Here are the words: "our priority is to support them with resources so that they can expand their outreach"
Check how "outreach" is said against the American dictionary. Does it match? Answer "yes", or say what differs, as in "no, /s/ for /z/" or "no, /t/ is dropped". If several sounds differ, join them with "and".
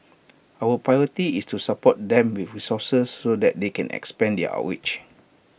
no, /w/ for /ɹ/